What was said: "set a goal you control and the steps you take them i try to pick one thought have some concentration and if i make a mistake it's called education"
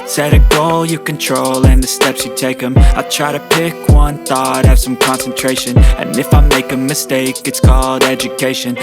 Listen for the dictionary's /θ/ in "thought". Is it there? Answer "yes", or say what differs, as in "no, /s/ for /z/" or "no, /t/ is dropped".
yes